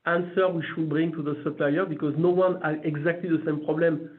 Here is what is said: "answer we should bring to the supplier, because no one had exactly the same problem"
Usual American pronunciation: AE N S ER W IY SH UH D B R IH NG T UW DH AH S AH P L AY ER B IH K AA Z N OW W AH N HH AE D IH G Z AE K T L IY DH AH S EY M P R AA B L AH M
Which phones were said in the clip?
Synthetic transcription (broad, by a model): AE N S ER W IY SH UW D B R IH NG T UW DH AH S AH P L AY ER B IH K AA Z N OW W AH N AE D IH G Z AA K T L IY DH AH S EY M P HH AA B L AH M